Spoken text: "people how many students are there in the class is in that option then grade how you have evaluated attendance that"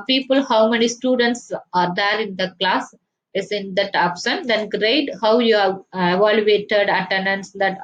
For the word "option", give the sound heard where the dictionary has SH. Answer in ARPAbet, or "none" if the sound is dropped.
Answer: S